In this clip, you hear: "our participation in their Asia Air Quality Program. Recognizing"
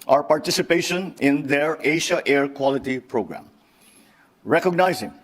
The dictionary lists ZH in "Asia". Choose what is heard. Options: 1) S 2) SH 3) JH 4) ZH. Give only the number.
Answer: 2